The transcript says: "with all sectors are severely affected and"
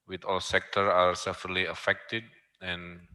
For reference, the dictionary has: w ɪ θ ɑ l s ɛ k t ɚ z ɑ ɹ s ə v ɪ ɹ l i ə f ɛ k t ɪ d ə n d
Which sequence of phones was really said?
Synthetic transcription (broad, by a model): w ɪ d ɑ l s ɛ k t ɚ ɑ ɹ s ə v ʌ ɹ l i ə f ɛ k t ɪ d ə n